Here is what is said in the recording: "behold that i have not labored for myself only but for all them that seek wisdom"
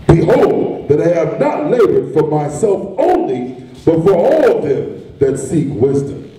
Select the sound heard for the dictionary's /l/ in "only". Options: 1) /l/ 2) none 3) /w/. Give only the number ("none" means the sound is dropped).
1